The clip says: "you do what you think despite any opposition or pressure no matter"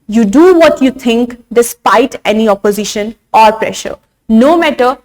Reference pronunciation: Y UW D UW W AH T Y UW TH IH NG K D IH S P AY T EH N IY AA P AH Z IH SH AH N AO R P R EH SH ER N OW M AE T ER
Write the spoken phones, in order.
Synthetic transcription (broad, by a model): Y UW D UW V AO T Y UW T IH NG K D IH S P AY T EH N IY AA P AH Z IH SH AH N AO R P R EH SH ER N OW M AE T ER